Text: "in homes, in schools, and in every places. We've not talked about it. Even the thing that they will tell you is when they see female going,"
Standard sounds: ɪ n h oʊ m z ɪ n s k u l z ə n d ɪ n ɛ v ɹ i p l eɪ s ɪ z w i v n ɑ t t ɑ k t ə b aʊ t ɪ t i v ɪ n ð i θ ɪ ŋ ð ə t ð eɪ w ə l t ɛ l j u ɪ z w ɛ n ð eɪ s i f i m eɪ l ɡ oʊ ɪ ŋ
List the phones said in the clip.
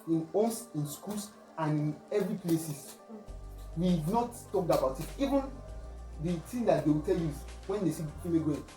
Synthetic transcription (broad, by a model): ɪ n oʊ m s ɪ n s k u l s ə n ɪ n ɛ v ɹ i p l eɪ s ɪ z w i n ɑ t t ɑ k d ə b aʊ t ɪ t i v ɪ n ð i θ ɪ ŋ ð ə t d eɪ w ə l t ɛ l j u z w ɛ n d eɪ s i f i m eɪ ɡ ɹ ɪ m